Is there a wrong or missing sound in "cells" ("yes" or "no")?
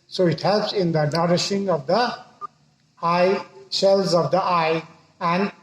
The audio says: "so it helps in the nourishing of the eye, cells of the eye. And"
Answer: yes